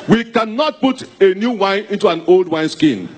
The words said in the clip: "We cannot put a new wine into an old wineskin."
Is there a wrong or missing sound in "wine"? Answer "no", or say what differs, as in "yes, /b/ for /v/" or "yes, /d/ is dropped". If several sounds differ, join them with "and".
no